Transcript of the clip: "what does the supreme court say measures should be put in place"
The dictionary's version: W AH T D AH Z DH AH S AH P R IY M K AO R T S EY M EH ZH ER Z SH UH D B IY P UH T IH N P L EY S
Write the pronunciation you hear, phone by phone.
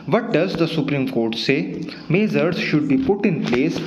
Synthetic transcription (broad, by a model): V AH T D AH Z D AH S AH P R IY M K AO R T S EY M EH Z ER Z SH UH D B IY P UH T IH N P L EY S